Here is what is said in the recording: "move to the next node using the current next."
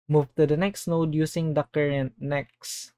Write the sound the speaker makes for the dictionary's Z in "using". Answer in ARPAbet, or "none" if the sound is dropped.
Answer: S